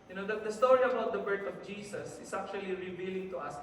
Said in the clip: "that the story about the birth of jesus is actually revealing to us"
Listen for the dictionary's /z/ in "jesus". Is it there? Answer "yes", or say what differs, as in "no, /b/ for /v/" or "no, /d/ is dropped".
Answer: no, /s/ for /z/